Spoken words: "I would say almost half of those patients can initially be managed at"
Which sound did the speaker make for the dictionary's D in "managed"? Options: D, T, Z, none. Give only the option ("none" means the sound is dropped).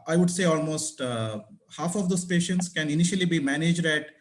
D